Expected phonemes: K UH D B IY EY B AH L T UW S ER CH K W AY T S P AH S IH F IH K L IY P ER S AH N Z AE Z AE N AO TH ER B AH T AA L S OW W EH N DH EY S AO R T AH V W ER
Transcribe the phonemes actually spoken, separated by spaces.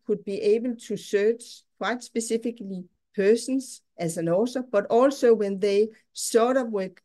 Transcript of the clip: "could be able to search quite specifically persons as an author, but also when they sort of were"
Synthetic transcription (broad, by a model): K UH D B IY EY B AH L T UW S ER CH K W AY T S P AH S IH F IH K L IY P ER S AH N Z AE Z AE N AO S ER B AH T AA L S OW W EH N DH EY S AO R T AH V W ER